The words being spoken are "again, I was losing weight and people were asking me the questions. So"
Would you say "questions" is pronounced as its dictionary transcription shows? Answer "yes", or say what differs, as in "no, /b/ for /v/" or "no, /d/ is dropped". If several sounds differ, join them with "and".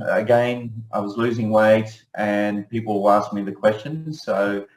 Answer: yes